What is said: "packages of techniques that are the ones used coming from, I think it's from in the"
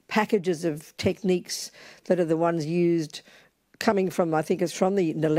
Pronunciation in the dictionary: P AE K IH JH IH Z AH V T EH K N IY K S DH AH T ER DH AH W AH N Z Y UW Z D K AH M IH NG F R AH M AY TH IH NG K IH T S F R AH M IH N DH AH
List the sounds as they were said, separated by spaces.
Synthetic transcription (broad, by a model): P AE K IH JH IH Z AH V T EH K N IY K S DH AH T ER DH AH W AH N Z Y UW Z D K AH M IH NG F R AH M AY TH IH NG K IH T S F R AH M IH N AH